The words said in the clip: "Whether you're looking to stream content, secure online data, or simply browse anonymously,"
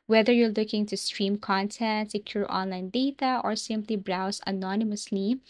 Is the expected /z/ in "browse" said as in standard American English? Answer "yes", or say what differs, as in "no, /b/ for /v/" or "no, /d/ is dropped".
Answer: no, /s/ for /z/